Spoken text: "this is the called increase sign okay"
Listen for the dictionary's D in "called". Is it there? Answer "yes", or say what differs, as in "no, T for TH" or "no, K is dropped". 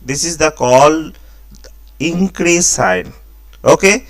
no, D is dropped